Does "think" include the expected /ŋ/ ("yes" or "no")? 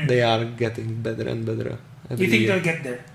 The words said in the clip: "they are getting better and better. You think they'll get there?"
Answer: no